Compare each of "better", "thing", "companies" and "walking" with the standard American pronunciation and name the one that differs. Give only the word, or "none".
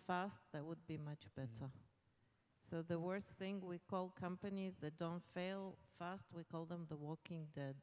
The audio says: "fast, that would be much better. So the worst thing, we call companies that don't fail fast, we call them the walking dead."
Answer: none